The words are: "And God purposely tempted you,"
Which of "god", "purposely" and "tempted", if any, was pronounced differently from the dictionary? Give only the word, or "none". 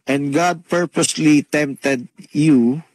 none